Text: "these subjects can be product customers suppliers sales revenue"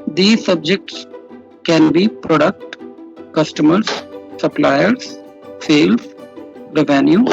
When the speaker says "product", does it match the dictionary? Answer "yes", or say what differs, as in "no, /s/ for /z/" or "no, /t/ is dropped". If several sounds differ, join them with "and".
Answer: yes